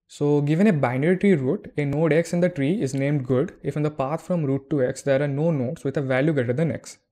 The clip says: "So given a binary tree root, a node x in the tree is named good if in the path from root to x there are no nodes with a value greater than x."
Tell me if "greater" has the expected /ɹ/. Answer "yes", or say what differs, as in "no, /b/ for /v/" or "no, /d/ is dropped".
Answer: no, /ɹ/ is dropped